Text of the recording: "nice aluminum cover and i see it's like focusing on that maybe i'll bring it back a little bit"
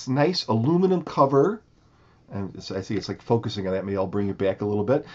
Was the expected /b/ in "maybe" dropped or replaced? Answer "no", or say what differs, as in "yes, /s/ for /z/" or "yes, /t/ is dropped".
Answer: yes, /b/ is dropped